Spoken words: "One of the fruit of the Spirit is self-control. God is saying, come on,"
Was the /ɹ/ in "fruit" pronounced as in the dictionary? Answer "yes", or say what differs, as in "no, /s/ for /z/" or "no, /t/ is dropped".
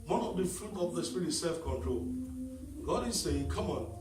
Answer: no, /ɹ/ is dropped